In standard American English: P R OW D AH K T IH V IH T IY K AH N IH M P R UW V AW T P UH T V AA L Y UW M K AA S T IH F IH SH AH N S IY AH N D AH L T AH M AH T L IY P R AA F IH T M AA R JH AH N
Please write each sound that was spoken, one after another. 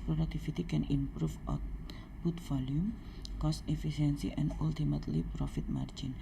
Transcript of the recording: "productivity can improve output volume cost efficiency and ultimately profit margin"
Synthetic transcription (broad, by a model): P R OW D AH K T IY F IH T IY K AH N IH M P R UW F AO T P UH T F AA L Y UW M K AA S T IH F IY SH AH N S IY AH N D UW L T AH M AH T L IY P R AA F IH T M AA R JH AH N